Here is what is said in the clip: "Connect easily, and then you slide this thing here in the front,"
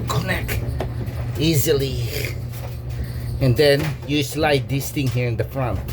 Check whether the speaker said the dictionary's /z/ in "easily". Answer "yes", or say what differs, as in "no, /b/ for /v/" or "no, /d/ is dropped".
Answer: yes